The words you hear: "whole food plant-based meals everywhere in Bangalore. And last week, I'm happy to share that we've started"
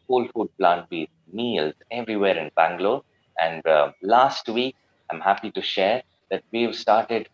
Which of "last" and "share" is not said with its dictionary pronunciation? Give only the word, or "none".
none